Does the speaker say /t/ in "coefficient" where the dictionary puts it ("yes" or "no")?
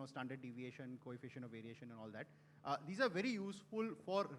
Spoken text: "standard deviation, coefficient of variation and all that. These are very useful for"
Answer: no